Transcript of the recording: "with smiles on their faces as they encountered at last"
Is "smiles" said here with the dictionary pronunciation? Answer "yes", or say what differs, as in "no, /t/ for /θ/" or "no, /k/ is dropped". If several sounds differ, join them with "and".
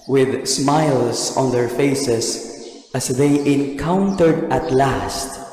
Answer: no, /s/ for /z/